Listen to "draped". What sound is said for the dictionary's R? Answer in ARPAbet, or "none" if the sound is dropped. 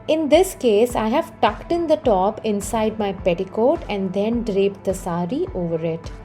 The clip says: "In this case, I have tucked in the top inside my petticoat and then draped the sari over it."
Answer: R